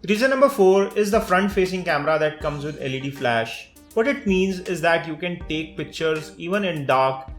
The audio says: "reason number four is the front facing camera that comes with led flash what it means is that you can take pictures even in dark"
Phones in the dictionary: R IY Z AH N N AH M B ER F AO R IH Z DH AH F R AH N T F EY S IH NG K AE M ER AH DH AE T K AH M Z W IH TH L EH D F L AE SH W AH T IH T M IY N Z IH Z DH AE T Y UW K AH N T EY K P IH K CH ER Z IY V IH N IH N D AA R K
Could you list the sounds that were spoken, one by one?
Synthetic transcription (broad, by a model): R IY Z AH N N AH M B ER F AO R IH Z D AH F R AH N T F EY S IH NG K AE M ER AH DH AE T K AH M Z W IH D L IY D F L AE SH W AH T IH T M IY N Z IH Z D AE T Y UW K AH N T EY K P IH K CH ER Z IY V IH N IH N D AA R K